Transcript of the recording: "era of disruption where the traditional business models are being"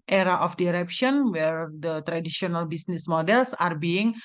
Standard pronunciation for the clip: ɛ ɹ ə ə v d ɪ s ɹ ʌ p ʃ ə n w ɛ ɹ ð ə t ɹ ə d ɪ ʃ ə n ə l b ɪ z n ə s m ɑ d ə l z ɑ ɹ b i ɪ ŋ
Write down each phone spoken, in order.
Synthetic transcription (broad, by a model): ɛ ɹ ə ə f d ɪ ɹ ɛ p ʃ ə n w ɛ ɹ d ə t ɹ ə d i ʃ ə n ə l b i s n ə s m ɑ d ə l s ɑ ɹ b i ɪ ŋ